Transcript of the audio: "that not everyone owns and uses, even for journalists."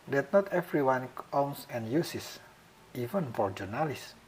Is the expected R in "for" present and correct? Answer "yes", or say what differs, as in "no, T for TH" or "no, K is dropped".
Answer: yes